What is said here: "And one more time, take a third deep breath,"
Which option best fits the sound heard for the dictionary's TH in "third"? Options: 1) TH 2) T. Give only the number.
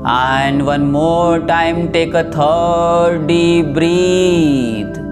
2